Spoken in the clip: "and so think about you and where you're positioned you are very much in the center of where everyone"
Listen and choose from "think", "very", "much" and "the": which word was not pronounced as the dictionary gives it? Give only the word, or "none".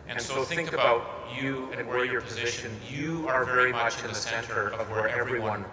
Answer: none